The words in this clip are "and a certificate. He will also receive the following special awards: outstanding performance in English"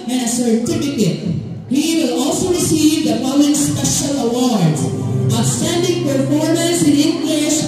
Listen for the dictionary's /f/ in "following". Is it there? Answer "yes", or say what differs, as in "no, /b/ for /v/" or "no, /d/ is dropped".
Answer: no, /p/ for /f/